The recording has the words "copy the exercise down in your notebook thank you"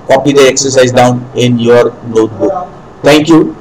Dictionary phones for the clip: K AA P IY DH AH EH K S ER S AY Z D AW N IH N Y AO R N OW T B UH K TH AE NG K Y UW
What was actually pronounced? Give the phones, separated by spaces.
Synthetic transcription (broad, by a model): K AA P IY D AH EH K S ER S AY Z D AW N IH N Y AO R N OW T B UH K T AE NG K Y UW